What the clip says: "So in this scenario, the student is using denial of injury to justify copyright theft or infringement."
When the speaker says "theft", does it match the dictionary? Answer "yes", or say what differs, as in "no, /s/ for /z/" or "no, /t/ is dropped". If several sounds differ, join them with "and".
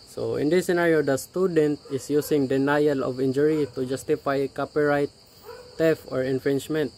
no, /t/ is dropped